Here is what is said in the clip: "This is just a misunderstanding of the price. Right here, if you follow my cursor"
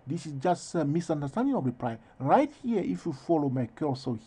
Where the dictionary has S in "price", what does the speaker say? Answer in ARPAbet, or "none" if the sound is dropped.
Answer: none